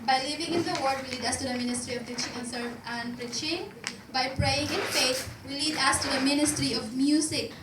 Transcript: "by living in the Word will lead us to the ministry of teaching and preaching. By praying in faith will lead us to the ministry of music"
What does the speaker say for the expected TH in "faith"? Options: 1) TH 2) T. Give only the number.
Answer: 2